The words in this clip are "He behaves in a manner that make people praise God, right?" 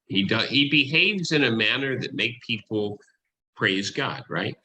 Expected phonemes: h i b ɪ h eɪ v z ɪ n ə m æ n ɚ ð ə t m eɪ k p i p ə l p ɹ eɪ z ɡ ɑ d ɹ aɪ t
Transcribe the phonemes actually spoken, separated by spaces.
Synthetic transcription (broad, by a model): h i b ɪ h eɪ v z ɪ n ə m æ n ɚ ð ə t m eɪ k p i p l p ɹ eɪ z ɡ ɑ d ɹ aɪ t